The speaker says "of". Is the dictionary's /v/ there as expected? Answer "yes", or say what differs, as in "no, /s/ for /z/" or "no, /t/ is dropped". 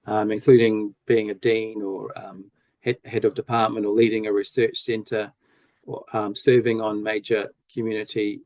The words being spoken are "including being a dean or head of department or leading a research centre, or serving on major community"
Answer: yes